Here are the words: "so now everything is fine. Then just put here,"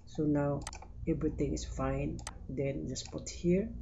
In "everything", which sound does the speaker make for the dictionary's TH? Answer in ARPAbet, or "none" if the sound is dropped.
T